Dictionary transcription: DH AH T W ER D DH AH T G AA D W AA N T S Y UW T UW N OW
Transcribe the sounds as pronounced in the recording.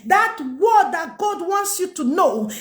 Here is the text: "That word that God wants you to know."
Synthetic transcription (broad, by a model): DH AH T W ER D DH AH T G AA D W AA N T S Y UW T UW N OW